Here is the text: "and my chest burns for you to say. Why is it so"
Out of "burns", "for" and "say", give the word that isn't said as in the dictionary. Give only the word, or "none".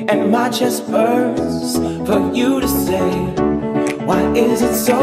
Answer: burns